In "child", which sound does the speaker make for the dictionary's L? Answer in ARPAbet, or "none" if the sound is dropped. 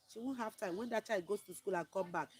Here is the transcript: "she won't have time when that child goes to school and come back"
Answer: none